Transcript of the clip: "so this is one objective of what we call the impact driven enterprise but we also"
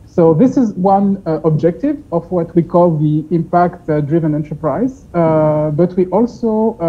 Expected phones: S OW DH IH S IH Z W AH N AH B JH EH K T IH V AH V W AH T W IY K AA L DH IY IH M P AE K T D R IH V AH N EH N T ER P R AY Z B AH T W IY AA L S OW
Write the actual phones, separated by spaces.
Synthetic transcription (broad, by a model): S OW DH IH S IH Z W AH N AH B JH EH K T IH V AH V W AH T W IY K AA L DH IY IH M P AE K T D R IH V AH N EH N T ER P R AY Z B AH T W IY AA L S OW